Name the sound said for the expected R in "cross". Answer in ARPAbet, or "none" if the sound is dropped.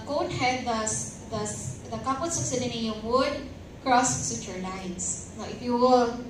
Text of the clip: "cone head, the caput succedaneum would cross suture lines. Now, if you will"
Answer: R